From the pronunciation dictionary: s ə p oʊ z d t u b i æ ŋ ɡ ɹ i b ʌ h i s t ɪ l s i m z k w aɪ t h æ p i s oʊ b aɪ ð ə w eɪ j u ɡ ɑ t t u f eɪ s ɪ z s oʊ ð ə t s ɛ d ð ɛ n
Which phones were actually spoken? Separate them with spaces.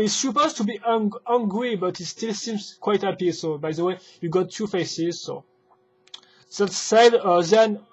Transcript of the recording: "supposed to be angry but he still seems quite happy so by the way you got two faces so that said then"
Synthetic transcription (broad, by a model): s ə p oʊ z t u b i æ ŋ ɡ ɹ i b ʌ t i s t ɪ l s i m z k w aɪ t h æ p i s oʊ b aɪ ð ə w eɪ j u ɡ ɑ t t u f eɪ s ɪ z s oʊ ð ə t s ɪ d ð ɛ n